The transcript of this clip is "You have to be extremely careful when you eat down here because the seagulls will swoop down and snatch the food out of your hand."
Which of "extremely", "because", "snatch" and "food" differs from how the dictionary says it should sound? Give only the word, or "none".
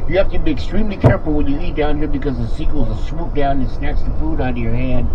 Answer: snatch